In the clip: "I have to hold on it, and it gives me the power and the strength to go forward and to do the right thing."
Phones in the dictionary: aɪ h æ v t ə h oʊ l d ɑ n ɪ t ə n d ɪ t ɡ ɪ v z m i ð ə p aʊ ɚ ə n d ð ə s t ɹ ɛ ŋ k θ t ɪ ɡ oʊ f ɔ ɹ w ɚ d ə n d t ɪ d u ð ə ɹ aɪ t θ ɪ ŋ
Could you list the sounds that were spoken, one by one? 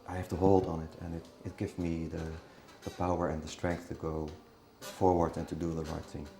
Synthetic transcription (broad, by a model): aɪ h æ f t ə h oʊ l d n ɪ t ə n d ɪ t ɡ ɪ v z m i ð ə p aʊ ɚ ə n ð ə s t ɹ ɛ ŋ k θ t ɪ ɡ oʊ f ɔ ɹ w ɚ d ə n t ɪ d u ð ə ɹ aɪ t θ ɪ ŋ